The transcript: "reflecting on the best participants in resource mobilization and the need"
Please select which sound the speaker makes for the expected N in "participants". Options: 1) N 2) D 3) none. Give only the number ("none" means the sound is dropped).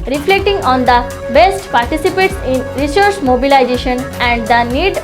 3